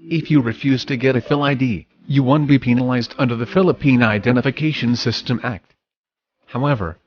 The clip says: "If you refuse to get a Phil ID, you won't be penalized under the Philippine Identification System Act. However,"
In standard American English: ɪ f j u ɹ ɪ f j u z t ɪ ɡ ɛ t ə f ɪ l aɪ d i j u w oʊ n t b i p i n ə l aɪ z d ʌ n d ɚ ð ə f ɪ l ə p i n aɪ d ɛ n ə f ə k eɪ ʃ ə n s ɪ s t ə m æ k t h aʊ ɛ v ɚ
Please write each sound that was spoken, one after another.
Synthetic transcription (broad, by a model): ɪ f j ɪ ɹ ɪ f j u z t ɪ ɡ ɛ t ə f ɪ l aɪ d i j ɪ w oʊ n b i p i n ə l aɪ z d ʌ n d ɚ ð ə f ɪ l ə p i n aɪ d ɛ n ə f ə k eɪ ʃ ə n s ɪ s t ə m æ k t h aʊ ɛ v ɚ